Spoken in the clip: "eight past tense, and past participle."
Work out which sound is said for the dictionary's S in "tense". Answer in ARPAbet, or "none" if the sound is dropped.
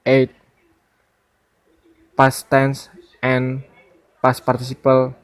S